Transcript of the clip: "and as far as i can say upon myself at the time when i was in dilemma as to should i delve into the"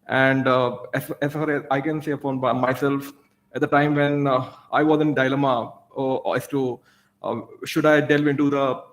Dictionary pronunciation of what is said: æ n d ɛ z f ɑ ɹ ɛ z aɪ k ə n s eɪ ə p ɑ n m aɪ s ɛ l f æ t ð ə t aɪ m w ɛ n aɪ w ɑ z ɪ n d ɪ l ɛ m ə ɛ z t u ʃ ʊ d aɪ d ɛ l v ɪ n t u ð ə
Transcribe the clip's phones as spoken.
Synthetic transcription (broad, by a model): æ n d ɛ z f ɑ ɹ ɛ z aɪ k ə n s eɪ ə f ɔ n m aɪ s ɛ l f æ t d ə t aɪ m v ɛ n aɪ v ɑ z ɪ n d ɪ l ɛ m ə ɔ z t u ʃ ʊ d aɪ d ɛ l v ɪ n t u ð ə